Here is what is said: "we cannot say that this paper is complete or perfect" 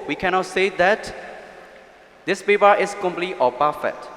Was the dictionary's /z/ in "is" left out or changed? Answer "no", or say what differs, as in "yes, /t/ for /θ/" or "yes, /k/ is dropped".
yes, /s/ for /z/